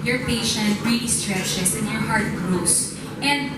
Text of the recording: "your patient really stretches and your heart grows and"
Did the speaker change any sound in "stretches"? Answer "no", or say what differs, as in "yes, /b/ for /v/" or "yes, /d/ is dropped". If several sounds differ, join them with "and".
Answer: yes, /s/ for /z/